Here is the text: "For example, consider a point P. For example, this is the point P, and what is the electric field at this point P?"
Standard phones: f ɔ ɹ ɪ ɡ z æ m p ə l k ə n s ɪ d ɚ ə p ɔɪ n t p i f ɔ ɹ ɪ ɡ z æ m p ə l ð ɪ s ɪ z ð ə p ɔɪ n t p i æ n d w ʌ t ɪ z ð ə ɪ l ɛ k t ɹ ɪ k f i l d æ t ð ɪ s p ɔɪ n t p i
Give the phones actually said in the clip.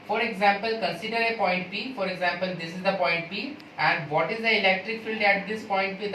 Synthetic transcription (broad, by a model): f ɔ ɹ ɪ ɡ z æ m p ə l k ə n s ɪ d ɚ ə p ɔɪ n t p i f ɔ ɹ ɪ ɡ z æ m p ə l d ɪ s ɪ z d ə p ɔɪ n t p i æ n d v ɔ t ɪ z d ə ɪ l ɛ k t ɹ ɪ k f i l d æ t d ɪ s p ɔɪ n t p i